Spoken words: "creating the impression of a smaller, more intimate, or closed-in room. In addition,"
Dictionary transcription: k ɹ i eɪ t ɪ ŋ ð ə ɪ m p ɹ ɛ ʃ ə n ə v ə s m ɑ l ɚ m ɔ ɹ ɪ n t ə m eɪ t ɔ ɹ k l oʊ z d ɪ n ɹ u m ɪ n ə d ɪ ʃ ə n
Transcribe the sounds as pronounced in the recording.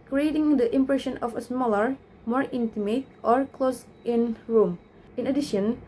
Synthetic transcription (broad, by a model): k ɹ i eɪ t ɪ ŋ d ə ɪ m p ɹ ɛ ʃ ə n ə f ə s m ɑ l ɚ m ɔ ɹ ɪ n t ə m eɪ t ɔ ɹ k l oʊ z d ɪ n ɹ u m ɪ n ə d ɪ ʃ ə n